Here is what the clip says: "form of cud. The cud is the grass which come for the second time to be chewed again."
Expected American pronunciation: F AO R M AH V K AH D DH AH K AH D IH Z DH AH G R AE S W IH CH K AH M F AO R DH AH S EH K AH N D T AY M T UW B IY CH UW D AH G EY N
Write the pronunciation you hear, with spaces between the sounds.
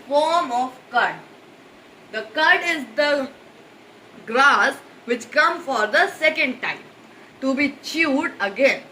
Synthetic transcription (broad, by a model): F AO R M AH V K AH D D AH K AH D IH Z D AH G R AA S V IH CH K AH M F AO R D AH S EH K AH N D T AY M T UW B IY CH UW D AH G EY N